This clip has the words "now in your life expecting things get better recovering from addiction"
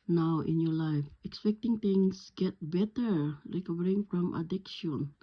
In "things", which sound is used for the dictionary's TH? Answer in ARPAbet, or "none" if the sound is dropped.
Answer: T